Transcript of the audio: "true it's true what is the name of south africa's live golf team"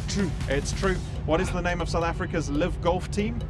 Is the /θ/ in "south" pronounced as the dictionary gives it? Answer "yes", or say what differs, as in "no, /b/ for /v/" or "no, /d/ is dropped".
yes